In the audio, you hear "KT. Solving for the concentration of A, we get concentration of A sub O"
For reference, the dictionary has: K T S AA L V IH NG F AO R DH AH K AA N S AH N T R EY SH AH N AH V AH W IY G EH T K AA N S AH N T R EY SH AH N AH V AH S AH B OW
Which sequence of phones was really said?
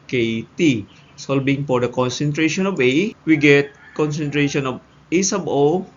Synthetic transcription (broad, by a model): K T S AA L B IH NG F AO R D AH K AA N S AH N T R EY SH AH N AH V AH W IY G EH T K AA N S AH N T R EY SH AH N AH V AH S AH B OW